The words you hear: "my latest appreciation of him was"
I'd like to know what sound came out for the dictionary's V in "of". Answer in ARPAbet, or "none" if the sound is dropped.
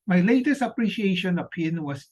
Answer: P